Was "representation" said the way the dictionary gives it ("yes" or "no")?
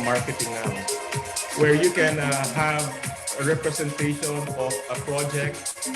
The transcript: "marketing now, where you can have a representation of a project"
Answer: no